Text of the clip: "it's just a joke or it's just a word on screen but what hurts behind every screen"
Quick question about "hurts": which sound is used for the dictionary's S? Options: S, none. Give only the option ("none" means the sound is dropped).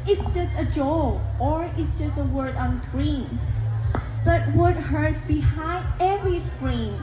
none